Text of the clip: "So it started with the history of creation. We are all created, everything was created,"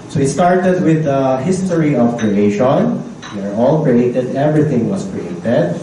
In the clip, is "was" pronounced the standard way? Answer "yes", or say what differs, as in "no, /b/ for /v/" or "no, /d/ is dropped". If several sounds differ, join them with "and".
no, /s/ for /z/